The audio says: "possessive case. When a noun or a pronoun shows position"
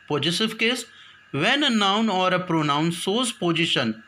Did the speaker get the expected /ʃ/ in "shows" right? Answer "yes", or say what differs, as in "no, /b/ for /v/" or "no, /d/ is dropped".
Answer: no, /s/ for /ʃ/